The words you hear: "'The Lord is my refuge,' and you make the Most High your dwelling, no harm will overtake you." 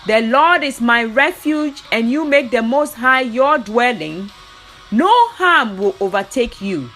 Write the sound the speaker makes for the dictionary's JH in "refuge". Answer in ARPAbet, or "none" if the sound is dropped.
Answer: JH